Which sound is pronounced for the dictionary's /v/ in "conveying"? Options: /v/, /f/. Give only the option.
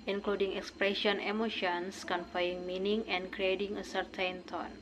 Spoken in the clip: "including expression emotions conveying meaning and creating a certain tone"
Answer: /f/